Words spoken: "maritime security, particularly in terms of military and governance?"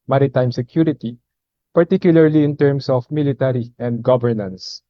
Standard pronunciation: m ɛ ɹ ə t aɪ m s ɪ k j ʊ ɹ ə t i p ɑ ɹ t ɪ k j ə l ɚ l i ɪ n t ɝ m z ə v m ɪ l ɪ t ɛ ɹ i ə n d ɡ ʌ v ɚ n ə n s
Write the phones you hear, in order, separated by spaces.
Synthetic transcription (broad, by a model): m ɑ ɹ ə t aɪ m s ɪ k j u ɹ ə t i p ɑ ɹ t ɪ k j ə l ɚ l i ɪ n t ɝ m s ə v m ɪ l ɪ t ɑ ɹ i ə n d ɡ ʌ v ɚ n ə n s